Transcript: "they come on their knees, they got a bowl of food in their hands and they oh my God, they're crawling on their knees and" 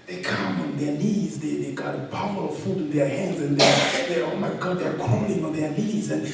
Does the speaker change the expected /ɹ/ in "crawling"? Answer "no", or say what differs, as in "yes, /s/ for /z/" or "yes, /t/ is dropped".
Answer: yes, /ɹ/ is dropped